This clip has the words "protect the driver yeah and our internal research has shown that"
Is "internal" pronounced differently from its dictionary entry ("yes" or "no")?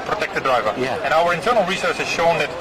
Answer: no